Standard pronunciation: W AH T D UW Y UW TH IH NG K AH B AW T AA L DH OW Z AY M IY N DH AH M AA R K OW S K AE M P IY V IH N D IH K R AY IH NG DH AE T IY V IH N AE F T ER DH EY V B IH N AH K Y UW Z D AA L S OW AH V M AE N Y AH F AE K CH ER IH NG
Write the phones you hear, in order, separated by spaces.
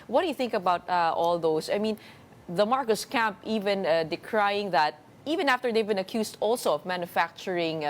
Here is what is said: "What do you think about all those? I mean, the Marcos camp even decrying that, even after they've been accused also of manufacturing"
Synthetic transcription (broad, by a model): W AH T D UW Y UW TH IH NG K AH B AW T AA L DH OW S AY M IY N DH AH M AA R K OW S K AE M P IY V IH N D IH K R AY IH NG DH AE T IY V IH N AE F T ER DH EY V B IH N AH K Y UW S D AA L S OW AH V M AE N Y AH F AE K CH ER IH NG